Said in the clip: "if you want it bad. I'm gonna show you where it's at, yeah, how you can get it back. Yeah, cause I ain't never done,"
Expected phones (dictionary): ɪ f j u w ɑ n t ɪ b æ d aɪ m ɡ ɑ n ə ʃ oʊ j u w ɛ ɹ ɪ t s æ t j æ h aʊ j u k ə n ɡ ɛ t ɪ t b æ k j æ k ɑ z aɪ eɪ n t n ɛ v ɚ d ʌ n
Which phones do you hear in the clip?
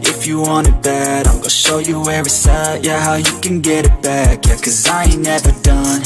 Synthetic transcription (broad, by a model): ɪ f j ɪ w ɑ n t ɪ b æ d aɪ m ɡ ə ʃ oʊ j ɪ w ɛ ɹ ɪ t s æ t j æ h aʊ j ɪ k ə n ɡ ɛ t ɪ t b æ k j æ k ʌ z aɪ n n ɛ v ɚ d ʌ n